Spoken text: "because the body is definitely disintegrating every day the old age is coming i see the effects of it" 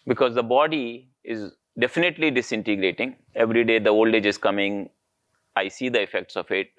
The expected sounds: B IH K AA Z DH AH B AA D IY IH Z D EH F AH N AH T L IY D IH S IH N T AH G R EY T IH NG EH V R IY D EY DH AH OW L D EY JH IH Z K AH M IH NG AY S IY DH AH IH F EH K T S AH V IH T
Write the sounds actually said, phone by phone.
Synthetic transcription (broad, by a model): B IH K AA Z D AH B AA D IY IH Z D EH F AH N AH T L IY D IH S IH N T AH G R EY T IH NG EH V R IY D EY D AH OW L D EY JH IH Z K AH M IH NG AY S IY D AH IH F EH K T S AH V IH T